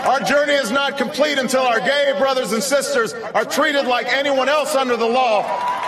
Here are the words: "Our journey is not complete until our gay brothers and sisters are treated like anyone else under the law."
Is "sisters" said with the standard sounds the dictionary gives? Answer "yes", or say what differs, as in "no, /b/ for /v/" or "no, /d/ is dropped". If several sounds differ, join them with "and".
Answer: yes